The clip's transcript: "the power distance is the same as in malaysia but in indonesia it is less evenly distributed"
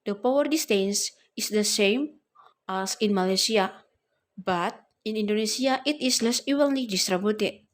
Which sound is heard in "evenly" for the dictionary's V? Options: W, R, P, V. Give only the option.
W